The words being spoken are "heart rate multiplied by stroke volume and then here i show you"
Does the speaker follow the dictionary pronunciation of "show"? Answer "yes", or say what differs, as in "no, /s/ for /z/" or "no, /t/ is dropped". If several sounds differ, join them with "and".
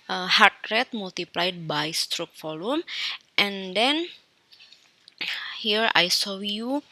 no, /s/ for /ʃ/